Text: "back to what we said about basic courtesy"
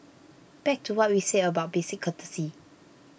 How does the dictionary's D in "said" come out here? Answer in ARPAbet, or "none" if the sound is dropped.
none